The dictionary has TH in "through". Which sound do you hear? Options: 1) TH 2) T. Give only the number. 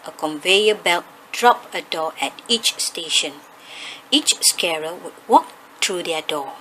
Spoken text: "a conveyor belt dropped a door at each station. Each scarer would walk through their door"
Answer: 2